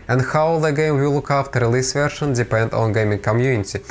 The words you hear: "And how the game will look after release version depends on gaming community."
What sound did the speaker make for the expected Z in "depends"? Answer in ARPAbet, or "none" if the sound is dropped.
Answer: none